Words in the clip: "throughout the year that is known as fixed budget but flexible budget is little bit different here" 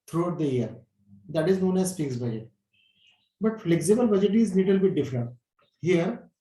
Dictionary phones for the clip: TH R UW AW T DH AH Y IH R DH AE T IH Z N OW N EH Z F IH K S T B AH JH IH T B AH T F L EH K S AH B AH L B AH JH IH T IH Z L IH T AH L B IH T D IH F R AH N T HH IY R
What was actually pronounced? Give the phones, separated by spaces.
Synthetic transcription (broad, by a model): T R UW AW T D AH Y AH R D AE T IH Z N OW N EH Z P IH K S B AH JH IH T B AH T F L EH K S AH B AH L B AH JH IH T IH Z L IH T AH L B IH T D IH F R AH N T HH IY R